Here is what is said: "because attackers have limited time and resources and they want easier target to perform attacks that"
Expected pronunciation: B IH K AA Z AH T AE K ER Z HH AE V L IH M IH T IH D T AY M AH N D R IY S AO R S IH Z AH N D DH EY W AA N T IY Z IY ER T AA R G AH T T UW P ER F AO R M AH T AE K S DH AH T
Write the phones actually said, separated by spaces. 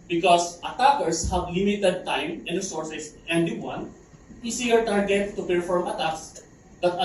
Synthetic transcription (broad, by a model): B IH K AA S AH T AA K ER S HH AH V L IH M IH T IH D T AY M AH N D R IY S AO R S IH S AH N D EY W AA N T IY S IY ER T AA R G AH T T UW P ER F AO R M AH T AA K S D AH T